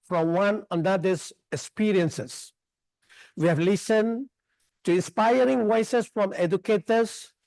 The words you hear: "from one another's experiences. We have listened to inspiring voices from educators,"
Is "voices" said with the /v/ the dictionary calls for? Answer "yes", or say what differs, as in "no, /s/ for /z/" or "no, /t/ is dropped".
no, /w/ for /v/